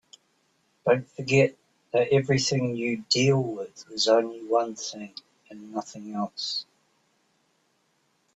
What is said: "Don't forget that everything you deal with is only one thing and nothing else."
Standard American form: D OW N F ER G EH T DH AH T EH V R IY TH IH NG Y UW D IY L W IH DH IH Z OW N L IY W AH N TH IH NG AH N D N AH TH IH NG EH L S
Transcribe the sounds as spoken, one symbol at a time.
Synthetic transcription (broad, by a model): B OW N F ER G EH T DH AH T EH V R IY TH IH NG Y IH D IY L W IH DH IH Z OW N L IY W AH N TH IH NG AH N N AH TH IH NG EH L S